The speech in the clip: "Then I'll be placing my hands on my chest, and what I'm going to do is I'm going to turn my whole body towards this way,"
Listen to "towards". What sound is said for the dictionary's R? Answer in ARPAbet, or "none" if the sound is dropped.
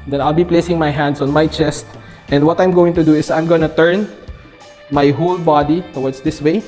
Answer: W